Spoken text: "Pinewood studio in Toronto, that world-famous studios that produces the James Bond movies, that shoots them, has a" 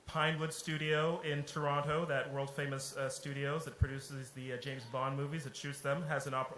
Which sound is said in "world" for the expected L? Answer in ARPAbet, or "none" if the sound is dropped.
L